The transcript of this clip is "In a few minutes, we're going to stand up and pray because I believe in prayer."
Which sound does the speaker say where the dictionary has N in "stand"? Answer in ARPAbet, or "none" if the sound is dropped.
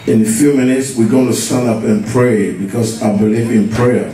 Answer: N